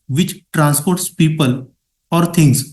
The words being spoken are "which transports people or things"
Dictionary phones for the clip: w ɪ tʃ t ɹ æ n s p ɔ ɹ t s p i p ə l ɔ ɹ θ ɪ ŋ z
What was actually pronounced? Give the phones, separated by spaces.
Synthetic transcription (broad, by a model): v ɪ tʃ t ɹ æ n s p ɔ ɹ t s p i p ə l ɔ ɹ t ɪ ŋ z